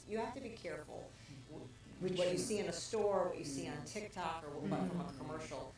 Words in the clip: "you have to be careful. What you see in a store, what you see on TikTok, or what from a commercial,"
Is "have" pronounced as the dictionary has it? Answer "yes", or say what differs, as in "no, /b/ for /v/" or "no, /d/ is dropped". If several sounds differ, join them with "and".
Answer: no, /f/ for /v/